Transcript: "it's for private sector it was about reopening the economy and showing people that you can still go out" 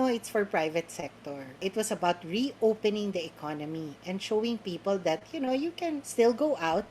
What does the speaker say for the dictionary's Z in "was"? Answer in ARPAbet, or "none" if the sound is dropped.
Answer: S